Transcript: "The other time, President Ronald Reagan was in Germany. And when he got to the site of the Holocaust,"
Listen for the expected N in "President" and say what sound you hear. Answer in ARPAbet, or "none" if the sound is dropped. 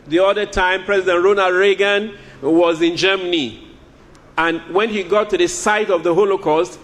N